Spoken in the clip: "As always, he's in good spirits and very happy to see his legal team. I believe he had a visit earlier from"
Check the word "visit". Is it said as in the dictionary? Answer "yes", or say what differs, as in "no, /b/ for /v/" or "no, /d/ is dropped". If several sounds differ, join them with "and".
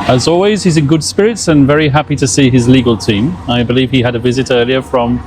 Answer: yes